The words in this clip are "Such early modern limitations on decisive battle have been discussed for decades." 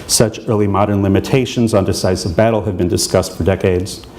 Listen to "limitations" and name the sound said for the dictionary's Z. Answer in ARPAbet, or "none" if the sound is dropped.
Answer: Z